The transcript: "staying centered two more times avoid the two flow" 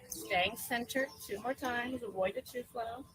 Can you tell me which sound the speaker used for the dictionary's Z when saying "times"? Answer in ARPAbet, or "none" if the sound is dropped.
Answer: Z